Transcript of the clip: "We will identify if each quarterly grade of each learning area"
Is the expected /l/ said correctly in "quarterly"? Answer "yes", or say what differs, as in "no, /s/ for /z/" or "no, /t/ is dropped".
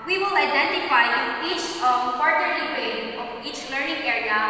no, /l/ is dropped